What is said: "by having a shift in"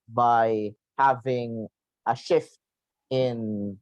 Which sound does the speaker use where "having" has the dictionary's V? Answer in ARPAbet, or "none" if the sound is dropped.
V